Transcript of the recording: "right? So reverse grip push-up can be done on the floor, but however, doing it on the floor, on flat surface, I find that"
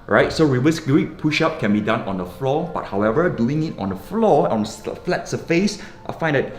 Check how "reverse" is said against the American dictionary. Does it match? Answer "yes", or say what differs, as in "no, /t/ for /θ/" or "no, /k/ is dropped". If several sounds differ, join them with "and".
no, /w/ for /v/